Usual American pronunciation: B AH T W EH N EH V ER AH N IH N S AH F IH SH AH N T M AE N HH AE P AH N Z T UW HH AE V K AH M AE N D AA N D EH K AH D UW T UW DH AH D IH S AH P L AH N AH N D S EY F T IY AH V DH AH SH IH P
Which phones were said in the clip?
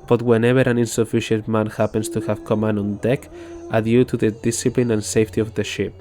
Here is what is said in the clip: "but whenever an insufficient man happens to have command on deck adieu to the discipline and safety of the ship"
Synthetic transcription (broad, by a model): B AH T W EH N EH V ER AH N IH N S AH F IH SH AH N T M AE N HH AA P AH N S T UW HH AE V K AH M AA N AA N D EH K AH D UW T UW DH AH D IH S AH P L AH N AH N S EY F T IY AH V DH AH SH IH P